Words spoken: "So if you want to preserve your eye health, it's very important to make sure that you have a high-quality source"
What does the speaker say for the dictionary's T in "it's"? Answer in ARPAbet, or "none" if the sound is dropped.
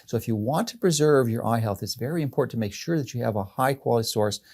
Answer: T